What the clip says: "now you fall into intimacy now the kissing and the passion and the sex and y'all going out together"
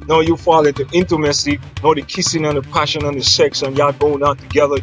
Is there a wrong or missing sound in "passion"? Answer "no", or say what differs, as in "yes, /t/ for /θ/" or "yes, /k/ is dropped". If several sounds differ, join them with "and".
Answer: no